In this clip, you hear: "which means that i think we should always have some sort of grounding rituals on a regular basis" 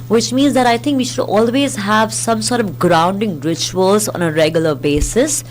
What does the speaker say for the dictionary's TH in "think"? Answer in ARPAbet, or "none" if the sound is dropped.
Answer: T